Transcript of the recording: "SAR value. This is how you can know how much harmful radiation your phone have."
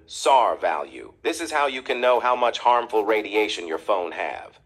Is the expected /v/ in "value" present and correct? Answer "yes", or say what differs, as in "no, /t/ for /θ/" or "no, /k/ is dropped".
yes